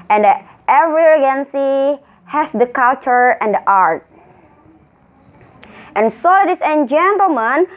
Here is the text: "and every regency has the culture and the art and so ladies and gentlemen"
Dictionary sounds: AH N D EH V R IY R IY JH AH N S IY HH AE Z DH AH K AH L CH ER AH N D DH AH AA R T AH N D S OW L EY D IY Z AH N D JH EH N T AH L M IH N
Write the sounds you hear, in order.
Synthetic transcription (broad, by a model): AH N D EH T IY R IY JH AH N S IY HH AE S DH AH K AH L CH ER AH N D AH AA R T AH N S OW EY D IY S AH N JH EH N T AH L M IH N